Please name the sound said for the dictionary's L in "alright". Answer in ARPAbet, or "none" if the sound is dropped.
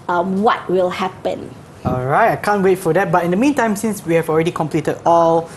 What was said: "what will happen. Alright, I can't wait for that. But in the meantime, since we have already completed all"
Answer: L